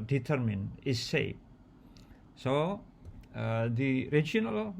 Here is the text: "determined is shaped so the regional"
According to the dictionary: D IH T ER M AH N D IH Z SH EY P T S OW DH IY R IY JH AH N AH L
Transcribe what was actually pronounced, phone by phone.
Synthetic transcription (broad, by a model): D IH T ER M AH N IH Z S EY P S OW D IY R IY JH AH N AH L